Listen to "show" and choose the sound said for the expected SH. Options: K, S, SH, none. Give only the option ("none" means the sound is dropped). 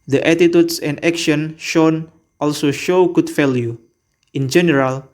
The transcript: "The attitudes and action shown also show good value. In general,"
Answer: SH